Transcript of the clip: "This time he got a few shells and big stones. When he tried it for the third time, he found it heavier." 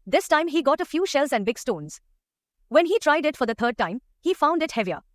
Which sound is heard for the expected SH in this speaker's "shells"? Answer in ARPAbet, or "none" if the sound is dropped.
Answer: SH